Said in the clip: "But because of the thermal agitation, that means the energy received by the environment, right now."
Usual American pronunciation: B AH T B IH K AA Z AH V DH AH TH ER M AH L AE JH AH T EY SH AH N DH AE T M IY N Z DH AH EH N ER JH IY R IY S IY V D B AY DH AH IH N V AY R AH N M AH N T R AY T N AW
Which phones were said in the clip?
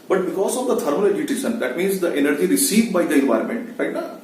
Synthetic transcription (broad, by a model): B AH T B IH K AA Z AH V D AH T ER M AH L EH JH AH T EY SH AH N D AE T M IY N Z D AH EH N ER JH IY R IY S IY V D B AY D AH IH N V AY R AH N M AH N T R AY T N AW